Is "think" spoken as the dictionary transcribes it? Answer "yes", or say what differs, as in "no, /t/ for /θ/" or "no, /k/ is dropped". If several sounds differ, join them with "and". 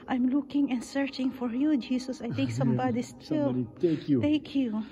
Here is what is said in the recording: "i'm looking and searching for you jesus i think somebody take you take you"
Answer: no, /t/ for /θ/